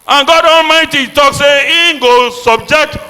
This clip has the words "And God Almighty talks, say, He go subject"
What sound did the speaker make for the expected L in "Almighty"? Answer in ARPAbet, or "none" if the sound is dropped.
L